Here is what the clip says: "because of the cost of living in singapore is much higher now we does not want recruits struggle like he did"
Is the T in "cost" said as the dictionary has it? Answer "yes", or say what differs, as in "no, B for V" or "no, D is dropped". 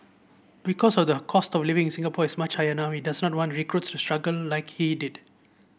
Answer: yes